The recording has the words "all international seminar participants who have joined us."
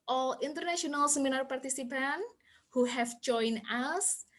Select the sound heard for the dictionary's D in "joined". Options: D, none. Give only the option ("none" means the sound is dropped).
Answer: none